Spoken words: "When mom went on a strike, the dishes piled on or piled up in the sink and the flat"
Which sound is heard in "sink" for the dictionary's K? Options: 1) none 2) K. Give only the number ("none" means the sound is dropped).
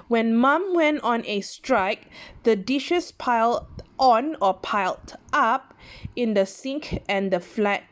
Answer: 2